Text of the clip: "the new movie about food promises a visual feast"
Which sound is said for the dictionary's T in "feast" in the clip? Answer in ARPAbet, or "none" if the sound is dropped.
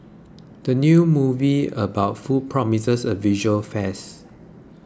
none